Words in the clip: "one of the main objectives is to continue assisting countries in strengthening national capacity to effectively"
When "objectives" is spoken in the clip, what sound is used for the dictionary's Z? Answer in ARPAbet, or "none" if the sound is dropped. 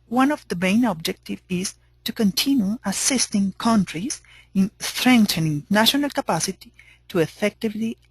none